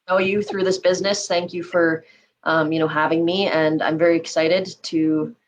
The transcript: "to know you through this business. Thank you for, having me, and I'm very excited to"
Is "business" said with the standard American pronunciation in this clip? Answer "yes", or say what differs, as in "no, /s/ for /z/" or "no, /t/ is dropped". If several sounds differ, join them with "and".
yes